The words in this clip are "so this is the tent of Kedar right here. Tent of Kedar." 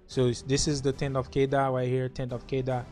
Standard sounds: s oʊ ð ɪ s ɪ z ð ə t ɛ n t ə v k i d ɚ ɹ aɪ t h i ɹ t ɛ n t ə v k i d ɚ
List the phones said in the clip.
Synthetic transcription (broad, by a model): s oʊ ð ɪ s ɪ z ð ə t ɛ n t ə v k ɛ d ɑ w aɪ h i ɹ t ɛ n t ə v k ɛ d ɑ